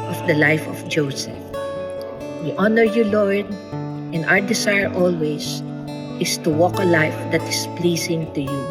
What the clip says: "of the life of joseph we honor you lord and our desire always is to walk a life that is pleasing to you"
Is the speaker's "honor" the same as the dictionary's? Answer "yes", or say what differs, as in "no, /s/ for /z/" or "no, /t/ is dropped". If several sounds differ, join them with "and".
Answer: yes